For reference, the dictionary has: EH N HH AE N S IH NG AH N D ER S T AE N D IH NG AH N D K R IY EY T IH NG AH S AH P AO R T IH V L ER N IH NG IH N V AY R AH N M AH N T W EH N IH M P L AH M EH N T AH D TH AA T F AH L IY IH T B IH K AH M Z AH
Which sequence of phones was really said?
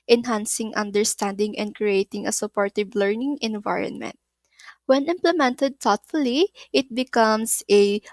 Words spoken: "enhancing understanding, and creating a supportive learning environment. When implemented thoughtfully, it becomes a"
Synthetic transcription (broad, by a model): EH N HH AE N S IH NG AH N D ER S T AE N D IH NG AH N D K R IY EY T IH NG AH S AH P AO R T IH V L ER N IH NG IH N V AY R AH N M AH N T W EH N IH M P L AH M EH N T AH D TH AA T F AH L IY IH T B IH K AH M S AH